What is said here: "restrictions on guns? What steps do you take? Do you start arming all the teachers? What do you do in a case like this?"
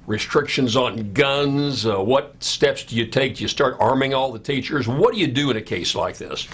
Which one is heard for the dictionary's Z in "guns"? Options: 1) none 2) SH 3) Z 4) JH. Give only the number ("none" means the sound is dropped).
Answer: 3